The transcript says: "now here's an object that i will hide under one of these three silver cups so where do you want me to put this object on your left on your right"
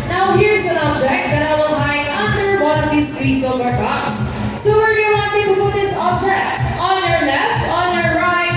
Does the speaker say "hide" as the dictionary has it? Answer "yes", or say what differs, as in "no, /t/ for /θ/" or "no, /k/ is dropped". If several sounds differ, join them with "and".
no, /d/ is dropped